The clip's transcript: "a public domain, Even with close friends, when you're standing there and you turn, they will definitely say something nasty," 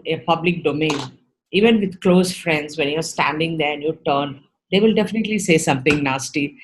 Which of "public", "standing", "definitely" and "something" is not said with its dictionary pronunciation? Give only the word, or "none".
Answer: something